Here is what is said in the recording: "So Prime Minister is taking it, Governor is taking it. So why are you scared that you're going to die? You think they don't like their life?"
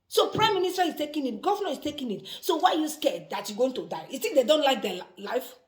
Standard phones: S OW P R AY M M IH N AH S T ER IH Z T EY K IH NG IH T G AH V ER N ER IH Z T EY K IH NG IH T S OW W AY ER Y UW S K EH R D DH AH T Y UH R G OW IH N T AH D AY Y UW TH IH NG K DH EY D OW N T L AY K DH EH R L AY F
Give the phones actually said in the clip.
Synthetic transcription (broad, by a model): S OW P R AY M M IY N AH S T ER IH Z T EY K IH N IH T G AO V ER N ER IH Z T EY K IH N IH T S OW W AY Y UW S K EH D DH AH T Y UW G OW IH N T AH D AY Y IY S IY K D EY D OW N T L AY K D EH L AY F